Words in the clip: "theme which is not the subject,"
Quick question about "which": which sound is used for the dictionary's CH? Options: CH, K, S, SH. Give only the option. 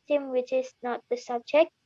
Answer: CH